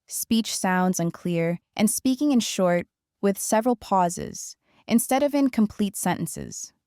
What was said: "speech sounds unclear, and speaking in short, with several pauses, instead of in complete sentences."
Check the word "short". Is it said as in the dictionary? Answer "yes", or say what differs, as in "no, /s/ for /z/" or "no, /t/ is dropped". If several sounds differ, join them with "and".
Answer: yes